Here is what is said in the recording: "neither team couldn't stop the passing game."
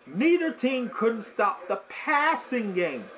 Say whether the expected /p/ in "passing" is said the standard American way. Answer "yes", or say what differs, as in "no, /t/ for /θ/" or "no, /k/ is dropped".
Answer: yes